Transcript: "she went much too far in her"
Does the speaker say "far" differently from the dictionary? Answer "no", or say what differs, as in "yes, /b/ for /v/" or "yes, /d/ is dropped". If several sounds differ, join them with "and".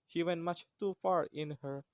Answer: no